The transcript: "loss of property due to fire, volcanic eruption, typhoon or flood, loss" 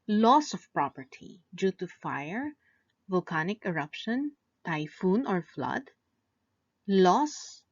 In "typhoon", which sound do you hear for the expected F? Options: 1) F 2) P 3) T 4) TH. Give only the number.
1